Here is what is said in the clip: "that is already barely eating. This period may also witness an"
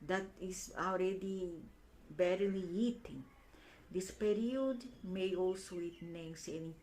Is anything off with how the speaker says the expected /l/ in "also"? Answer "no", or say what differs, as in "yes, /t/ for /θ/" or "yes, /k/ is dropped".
no